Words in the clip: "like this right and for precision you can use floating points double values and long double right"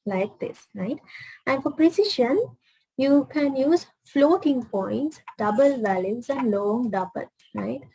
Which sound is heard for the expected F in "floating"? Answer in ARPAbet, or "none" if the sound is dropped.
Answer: F